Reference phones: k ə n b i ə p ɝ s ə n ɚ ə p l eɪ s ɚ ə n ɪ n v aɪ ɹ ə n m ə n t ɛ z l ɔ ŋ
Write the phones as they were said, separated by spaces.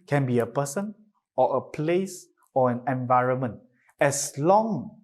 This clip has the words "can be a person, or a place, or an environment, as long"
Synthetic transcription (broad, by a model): k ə n b i ə p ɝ s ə n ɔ ə p l eɪ s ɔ ə n ɪ n v aɪ ɹ ə n m ə n t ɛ s l ɔ ŋ